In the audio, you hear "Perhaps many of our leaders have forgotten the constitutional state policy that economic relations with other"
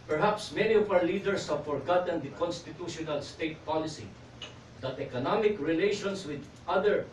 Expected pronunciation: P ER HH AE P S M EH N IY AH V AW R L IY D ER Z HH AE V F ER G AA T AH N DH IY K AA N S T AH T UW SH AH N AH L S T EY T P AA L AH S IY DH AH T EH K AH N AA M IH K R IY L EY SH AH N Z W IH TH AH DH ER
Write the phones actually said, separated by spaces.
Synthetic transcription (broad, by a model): P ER HH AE P S M EH N IY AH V AW R L IY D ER S HH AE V F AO G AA T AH N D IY K AA N S T AH T UW SH AH N AH L S T EY T P AA L AH S IY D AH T EH K AH N AA M IH K R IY L EY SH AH N S W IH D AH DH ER